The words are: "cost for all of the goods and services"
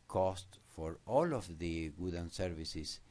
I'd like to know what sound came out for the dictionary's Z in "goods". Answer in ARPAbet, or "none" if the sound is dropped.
none